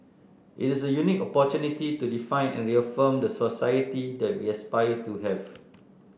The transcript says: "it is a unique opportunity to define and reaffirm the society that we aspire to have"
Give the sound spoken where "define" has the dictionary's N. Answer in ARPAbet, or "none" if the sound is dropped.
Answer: N